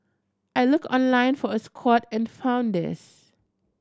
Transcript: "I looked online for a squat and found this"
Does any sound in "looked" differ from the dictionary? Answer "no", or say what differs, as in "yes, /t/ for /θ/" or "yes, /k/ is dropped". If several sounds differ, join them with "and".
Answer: yes, /t/ is dropped